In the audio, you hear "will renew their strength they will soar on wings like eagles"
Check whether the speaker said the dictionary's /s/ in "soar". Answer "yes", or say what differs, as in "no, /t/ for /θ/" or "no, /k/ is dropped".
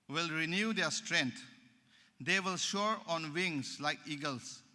no, /ʃ/ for /s/